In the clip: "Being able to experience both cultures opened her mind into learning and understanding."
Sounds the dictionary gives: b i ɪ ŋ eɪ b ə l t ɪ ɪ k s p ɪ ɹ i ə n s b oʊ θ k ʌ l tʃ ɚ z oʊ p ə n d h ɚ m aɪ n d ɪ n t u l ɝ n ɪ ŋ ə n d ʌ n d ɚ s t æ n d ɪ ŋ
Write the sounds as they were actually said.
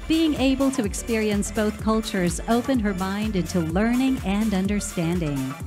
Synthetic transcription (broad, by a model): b i ɪ ŋ eɪ b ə l t ɪ ɪ k s p ɪ ɹ i ə n s b oʊ θ k ʌ l tʃ ɚ z oʊ p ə n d h ɚ m aɪ n d ɪ n t u l ɝ n ɪ ŋ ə n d ʌ n d ɚ s t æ n d ɪ ŋ